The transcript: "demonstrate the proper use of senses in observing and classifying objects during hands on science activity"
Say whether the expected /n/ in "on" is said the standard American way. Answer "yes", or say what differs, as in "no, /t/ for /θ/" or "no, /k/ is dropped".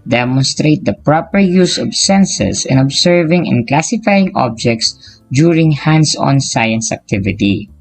yes